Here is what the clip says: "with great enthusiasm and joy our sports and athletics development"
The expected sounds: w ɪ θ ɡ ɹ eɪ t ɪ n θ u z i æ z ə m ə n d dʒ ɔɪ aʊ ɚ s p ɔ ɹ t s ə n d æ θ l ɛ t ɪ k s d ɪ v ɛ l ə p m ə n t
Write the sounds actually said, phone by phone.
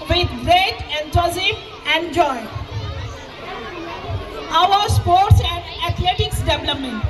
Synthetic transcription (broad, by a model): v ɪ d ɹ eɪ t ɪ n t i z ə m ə n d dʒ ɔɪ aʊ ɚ s p ɔ ɹ t s ə n d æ t l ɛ t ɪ k s d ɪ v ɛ l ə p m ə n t